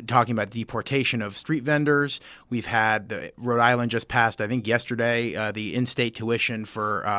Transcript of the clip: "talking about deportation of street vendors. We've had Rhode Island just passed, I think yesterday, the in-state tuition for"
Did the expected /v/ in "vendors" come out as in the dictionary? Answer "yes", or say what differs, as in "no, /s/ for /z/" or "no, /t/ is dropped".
yes